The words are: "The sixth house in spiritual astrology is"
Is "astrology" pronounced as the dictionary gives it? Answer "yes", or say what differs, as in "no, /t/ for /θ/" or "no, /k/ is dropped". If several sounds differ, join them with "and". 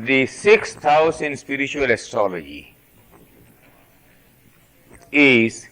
no, /ɹ/ is dropped